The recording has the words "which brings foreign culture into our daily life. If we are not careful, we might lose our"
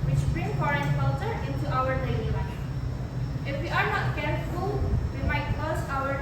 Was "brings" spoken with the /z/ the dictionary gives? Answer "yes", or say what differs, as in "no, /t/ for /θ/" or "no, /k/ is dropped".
no, /z/ is dropped